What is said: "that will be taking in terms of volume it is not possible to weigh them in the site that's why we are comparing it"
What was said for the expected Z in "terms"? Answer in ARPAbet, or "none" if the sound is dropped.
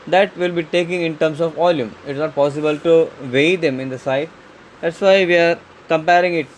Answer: S